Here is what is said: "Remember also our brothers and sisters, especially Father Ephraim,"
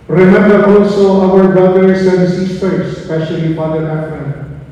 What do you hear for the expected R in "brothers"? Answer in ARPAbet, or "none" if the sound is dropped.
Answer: none